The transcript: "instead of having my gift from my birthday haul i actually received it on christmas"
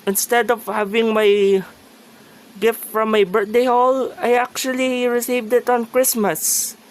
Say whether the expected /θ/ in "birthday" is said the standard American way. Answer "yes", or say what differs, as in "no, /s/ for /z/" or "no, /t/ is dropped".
no, /t/ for /θ/